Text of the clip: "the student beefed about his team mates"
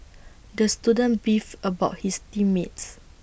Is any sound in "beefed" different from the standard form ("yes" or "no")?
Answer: yes